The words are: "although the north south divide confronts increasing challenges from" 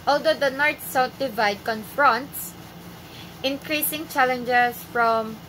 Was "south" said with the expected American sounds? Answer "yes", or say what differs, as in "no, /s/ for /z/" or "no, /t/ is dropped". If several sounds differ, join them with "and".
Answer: no, /t/ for /θ/